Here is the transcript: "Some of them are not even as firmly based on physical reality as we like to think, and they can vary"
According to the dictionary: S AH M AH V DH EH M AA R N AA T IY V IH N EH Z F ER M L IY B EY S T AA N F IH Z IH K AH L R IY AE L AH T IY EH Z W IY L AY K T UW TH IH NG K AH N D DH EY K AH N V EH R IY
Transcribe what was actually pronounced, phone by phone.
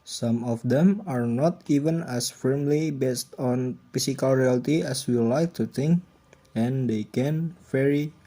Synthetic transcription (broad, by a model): S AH M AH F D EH M AA R N AA T IY V IH N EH S F ER M L IY B EY S T AA N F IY S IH K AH L R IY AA L T IY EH S W IY L AY K T UW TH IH NG K AH N D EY K AH N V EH R IY